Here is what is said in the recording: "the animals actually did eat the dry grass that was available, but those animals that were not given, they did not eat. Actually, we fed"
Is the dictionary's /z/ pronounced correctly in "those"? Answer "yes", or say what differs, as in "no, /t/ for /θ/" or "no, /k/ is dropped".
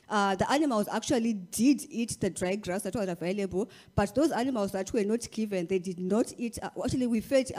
yes